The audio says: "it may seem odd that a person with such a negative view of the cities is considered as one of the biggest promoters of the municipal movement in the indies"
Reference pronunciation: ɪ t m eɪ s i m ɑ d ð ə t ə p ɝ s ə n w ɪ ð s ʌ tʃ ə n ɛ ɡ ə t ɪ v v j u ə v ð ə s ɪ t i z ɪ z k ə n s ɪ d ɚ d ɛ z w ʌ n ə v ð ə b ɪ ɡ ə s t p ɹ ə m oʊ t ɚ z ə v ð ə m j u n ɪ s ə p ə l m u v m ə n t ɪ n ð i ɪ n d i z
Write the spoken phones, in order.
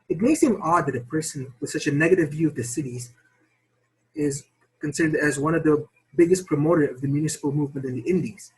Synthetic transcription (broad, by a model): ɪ t m eɪ s i m ɑ d ð ə t ə p ɝ s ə n w ɪ ð s ʌ tʃ ə n ɛ ɡ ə t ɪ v v j u ə v ð ə s ɪ t i z ɪ z k ə n s ɪ d ɚ d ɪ z w ʌ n ə v ð ə b ɪ ɡ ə s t p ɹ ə m oʊ t ɚ ə v ð ə m j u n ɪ s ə p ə l m u v m ə n t ɪ n ð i ɪ n d i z